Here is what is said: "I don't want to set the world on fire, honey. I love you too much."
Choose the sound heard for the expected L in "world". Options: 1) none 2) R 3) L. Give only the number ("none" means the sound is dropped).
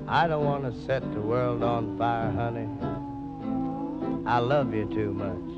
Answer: 3